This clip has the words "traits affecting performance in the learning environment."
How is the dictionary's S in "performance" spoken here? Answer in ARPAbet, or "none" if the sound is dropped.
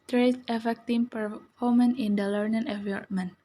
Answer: none